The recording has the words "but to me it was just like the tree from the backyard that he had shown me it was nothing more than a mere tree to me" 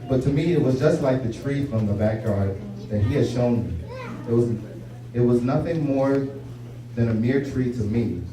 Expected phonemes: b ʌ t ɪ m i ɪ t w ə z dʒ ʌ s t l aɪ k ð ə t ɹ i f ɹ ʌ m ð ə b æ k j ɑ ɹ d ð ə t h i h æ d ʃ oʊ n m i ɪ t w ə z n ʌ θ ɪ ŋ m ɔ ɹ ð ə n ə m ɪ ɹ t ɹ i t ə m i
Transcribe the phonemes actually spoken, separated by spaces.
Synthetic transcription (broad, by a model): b ʌ t ɪ m i ɪ t w ə z dʒ ʌ s t l aɪ k ð ə t ɹ i f ɹ ʌ m ð ə b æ k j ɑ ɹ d ð ə t h i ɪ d ʃ oʊ n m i ɪ t w ə z n ʌ θ ɪ ŋ m ɔ ɹ ð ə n ə m ɪ ɹ t ɹ i t ə m i